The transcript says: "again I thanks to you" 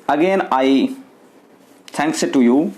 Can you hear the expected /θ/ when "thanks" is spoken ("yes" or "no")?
no